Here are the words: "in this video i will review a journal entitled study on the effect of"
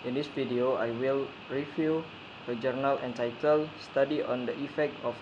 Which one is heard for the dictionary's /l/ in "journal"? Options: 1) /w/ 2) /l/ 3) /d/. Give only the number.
2